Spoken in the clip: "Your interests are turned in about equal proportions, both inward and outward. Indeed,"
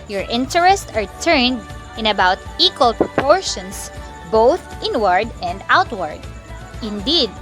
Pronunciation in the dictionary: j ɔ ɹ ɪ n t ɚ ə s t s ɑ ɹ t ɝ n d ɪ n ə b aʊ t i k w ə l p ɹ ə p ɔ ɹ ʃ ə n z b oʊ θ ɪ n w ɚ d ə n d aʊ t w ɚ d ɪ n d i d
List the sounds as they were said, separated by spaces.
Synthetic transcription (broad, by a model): j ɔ ɹ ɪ n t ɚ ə s t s ɑ ɹ t ɝ n d ɪ n ə b aʊ t i k w ə l p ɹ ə p ɔ ɹ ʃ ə n s b oʊ θ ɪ n w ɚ d ə n d aʊ t w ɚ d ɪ n d i d